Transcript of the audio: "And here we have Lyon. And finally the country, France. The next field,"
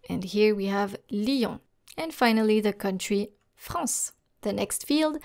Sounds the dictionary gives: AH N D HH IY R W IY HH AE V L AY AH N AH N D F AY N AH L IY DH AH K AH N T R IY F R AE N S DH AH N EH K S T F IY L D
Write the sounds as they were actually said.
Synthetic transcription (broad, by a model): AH N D HH IY R W IY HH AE V L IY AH AH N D F AY N AH L IY DH AH K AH N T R IY F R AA S DH AH N EH K S T F IY L D